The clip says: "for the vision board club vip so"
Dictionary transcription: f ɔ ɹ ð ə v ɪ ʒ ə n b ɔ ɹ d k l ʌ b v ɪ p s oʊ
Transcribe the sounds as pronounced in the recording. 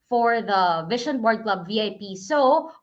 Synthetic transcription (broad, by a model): f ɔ ɹ ð ə v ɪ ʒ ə n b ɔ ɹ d k l ʌ b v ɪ p s oʊ